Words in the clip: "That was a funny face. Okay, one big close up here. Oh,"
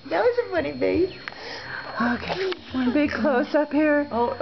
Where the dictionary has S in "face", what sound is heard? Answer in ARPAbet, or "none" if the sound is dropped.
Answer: none